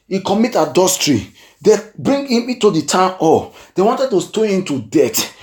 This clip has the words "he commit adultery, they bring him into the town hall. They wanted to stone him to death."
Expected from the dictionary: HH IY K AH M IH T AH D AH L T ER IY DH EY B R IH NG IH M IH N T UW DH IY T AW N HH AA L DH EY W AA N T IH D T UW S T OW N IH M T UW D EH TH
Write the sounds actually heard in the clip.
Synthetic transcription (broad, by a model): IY K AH M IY T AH D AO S T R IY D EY B R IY NG IH M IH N T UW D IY T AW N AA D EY W AA N T IH D T UW S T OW IH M T UW D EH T